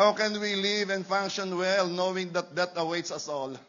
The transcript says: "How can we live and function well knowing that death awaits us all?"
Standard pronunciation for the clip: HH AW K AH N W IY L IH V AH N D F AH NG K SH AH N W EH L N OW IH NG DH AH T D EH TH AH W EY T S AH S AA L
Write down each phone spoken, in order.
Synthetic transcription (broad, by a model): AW K AH N W IY L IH V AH N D F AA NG K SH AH N W EH L N OW IH NG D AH T D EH T AH W EY T S AH S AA L